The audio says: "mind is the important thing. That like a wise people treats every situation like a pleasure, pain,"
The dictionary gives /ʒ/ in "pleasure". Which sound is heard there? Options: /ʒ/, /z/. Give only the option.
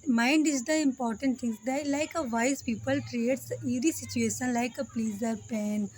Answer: /z/